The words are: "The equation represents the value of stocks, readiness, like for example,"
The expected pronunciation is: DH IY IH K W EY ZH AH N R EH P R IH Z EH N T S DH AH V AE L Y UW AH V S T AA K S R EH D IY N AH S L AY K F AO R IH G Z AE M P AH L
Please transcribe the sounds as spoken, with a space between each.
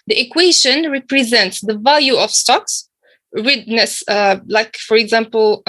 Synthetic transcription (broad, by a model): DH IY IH K W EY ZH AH N R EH P R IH Z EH N T S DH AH V AE L Y UW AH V S T AA K S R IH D N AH S L AY K F AO R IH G Z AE M P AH L